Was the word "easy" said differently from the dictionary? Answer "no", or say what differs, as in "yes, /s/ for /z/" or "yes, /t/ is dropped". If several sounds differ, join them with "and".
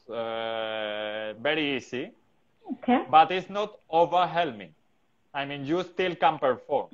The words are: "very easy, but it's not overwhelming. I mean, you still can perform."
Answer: yes, /s/ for /z/